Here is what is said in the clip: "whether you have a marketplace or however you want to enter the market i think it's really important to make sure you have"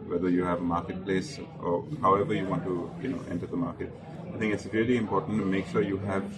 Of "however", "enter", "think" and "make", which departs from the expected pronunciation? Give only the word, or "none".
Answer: think